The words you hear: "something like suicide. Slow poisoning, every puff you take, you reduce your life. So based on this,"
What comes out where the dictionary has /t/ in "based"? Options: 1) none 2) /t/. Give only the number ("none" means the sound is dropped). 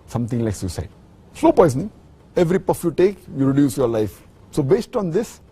2